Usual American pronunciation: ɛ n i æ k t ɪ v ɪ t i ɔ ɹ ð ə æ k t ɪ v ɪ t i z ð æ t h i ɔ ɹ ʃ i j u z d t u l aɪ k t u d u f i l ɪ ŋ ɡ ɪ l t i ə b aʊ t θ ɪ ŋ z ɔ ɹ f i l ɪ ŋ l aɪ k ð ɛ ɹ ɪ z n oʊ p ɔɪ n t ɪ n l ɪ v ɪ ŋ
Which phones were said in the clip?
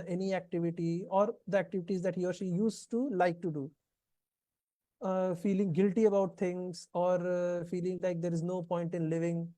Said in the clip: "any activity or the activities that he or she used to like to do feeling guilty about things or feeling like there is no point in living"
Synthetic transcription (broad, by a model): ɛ n i æ k t ɪ v ɪ t i ɔ ɹ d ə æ k t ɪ v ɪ t i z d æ t h i ɔ ɹ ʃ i j u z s t u l aɪ k t u d u f i l ɪ ŋ ɡ ɪ l t i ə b aʊ t t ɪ ŋ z ɔ ɹ f i l ɪ ŋ l aɪ k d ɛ ɹ ɪ z n oʊ p ɔɪ n t ɪ n l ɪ v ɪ ŋ